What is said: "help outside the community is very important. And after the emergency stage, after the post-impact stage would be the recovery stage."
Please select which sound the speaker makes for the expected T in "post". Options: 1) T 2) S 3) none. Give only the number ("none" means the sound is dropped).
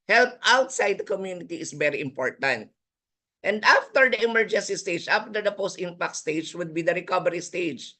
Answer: 1